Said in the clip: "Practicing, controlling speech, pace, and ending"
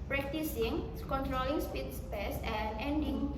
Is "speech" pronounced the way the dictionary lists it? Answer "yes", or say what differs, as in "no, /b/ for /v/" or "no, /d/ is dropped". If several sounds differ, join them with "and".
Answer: no, /s/ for /tʃ/